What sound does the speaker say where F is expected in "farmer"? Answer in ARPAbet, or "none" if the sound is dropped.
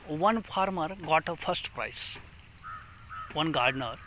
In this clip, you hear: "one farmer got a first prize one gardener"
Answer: P